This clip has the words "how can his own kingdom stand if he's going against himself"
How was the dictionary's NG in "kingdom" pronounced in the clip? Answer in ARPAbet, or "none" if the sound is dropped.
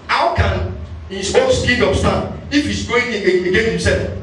none